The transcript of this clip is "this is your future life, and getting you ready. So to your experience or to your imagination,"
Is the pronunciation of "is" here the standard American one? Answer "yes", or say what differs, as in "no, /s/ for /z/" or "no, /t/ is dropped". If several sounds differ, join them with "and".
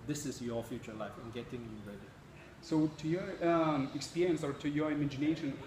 no, /s/ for /z/